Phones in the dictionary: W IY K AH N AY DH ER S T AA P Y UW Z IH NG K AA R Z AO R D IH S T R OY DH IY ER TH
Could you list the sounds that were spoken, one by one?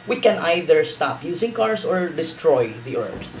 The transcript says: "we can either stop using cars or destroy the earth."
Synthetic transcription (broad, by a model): W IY K AH N AY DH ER S T AA P Y UW S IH NG K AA R S AO R D IH S T R OY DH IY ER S